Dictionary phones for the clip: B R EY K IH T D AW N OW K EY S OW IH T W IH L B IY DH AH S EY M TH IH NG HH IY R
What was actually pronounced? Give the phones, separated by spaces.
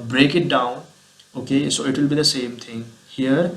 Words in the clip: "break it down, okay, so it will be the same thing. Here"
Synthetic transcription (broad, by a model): B R EY K IH T D AW N OW K EY S OW IH T W IH L B IY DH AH S EY M T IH NG HH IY R